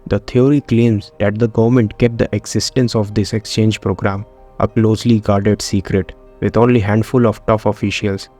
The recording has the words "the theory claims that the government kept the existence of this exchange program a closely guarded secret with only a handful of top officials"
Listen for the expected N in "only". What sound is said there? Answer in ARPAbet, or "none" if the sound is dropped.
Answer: none